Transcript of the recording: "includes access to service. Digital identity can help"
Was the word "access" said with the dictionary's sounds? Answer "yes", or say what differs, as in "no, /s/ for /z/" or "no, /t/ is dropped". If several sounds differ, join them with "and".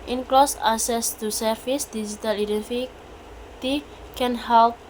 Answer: no, /k/ is dropped